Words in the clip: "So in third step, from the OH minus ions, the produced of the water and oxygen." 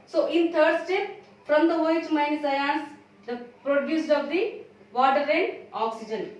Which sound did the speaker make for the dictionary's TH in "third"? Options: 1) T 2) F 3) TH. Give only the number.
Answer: 1